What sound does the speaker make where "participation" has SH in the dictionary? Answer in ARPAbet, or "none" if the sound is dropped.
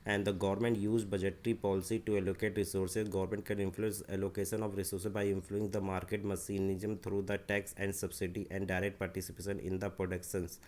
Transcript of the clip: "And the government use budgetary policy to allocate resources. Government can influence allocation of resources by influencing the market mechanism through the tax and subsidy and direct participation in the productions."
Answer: SH